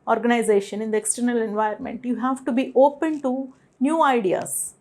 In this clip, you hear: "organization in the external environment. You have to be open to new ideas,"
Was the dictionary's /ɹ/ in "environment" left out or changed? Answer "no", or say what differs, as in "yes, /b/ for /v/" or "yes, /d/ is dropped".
yes, /ɹ/ is dropped